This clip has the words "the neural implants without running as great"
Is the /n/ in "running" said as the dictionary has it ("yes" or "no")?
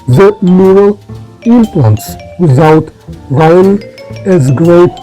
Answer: no